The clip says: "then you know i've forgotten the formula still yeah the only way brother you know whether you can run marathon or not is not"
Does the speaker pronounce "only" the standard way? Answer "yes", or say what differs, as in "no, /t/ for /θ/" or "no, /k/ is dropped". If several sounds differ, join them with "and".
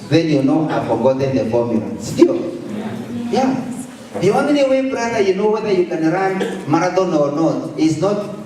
no, /n/ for /l/